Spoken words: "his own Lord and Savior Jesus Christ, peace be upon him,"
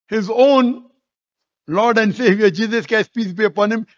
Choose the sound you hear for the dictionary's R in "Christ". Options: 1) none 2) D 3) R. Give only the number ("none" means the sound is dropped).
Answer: 1